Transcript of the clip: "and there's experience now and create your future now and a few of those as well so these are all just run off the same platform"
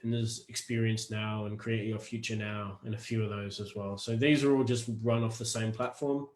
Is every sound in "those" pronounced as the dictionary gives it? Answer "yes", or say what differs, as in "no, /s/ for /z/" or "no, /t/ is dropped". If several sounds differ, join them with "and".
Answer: yes